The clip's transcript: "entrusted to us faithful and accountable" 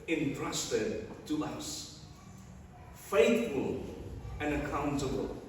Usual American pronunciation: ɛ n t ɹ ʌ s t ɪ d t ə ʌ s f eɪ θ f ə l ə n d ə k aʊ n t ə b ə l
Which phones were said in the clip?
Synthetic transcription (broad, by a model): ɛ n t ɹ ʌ s t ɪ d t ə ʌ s f eɪ θ f ə l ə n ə k aʊ n t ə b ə l